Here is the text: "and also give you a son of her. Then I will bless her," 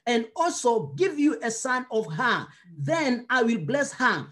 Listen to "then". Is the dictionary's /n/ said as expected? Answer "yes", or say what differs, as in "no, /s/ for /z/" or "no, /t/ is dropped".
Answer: yes